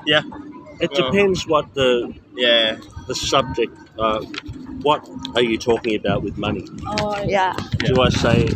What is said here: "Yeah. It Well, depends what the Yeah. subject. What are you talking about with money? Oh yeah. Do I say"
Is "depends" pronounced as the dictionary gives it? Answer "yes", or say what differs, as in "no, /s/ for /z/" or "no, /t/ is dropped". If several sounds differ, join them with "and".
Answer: yes